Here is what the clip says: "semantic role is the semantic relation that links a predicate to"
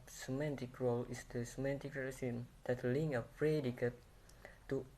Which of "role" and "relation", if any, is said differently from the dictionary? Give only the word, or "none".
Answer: relation